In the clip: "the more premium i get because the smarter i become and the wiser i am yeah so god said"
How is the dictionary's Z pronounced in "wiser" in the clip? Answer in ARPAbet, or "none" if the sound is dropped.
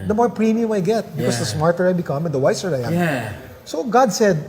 S